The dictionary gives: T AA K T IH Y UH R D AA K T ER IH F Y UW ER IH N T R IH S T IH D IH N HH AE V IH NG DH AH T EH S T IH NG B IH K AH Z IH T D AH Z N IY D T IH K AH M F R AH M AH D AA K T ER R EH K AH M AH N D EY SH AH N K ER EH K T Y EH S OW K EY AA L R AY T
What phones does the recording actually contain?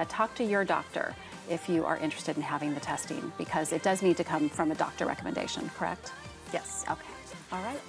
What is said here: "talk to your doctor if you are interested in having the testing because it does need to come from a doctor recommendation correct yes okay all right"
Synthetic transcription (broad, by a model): T AA K T IH Y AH R D AA K T ER IH F Y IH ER IH N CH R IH S T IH D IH N HH AE V IH NG DH AH T EH S T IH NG B IH K AH Z IH T D AH Z N IY D T IH K AH M F R AH M AH D AA K T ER R EH K AH M AH N D EY SH AH N K ER EH K T Y EH S OW K EY AA L R AY T